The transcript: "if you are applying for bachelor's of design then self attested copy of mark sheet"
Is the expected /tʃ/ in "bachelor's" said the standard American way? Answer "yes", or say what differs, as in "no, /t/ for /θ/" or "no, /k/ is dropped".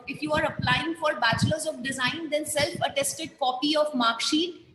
yes